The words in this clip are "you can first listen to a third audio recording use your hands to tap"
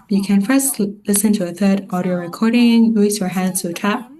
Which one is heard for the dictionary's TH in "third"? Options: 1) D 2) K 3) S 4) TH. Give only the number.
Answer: 4